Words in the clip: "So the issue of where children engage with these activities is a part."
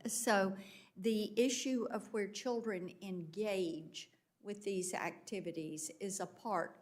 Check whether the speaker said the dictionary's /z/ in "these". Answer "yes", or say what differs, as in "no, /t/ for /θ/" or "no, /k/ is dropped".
yes